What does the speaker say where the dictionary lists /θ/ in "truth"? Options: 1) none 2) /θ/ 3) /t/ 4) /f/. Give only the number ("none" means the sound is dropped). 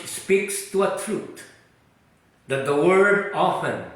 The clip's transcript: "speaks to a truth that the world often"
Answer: 3